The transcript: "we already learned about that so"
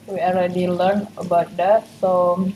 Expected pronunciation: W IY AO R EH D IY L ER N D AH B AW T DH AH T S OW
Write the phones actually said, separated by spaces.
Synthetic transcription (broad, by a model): W IY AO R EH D IY L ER N AH B AW T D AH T S OW